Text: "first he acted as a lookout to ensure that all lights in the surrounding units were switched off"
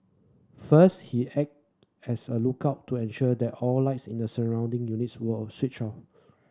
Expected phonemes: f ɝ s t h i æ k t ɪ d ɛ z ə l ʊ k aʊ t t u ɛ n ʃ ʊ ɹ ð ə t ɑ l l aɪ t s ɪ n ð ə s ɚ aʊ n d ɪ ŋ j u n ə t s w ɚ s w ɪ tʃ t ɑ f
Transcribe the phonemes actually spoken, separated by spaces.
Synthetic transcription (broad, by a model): f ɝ s t h i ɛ k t ɛ s ə l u k aʊ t t u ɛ n ʃ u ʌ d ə t ɑ l l aɪ t s ɪ n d ə s ɚ aʊ n d ɪ ŋ j u n ə t s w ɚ s w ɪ tʃ ɑ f